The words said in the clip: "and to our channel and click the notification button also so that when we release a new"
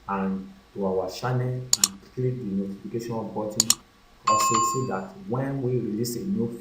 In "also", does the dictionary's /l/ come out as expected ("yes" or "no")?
no